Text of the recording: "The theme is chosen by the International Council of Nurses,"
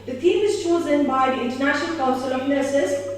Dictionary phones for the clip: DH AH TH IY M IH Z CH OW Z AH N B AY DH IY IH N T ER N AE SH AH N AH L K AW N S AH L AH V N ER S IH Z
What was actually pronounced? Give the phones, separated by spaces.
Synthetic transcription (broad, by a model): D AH T IY M IH Z CH OW Z AH N B AY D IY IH N T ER N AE SH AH N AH L K AW N S AH L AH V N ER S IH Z